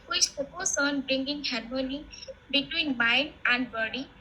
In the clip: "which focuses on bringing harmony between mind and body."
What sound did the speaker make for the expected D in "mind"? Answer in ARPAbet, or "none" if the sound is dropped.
none